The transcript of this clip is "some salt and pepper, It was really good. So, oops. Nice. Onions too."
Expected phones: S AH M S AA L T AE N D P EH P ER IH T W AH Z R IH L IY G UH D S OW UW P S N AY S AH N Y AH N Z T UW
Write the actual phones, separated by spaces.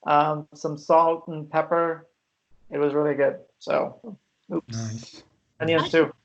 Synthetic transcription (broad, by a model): S AH M S AA L T N P EH P ER IH T W AH Z R IH L IY G UH D S OW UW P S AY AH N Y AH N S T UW